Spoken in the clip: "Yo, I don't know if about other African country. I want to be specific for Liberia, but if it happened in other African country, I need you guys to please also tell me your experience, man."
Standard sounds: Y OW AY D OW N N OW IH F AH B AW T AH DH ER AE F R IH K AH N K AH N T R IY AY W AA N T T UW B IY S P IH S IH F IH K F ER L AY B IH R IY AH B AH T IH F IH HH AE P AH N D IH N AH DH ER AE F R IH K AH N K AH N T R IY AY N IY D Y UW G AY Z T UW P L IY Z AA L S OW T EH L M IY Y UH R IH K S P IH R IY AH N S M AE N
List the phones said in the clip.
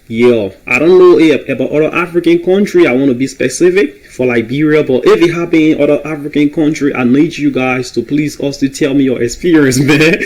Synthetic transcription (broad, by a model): Y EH AY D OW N N OW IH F AH B AW T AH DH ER AE F R IH K AH N K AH N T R IY AY W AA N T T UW B IY S P IH S IH F IH K F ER L AY B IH R IY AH B AH T IH F IH HH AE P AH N IH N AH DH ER AE F R IH K AH N K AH N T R IY AY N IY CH Y UW G AY Z T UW P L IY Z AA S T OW T EH L M IY Y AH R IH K S P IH R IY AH N S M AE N